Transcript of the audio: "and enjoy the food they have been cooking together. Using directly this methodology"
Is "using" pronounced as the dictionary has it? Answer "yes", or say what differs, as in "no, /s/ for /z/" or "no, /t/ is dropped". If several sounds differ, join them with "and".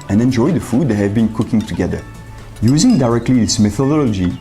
yes